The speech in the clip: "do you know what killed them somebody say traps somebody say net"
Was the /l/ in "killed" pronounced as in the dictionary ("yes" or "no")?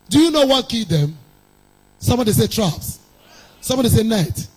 no